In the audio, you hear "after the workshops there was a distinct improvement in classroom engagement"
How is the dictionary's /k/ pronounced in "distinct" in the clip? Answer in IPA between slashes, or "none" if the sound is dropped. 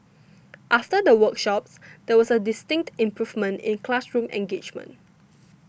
/k/